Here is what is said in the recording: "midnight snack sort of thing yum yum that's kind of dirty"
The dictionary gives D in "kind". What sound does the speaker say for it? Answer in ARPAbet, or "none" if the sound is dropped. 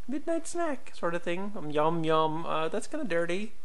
none